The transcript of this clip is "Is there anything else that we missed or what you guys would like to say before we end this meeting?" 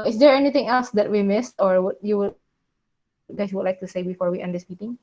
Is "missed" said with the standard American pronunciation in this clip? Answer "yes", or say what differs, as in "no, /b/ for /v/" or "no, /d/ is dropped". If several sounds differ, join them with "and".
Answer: yes